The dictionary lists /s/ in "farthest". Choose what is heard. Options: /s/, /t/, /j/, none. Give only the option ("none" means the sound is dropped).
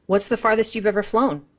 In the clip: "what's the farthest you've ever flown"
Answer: /s/